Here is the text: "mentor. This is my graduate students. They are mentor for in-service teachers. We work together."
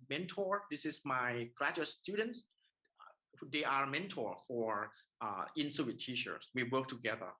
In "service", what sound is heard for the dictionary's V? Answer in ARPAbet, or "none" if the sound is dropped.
none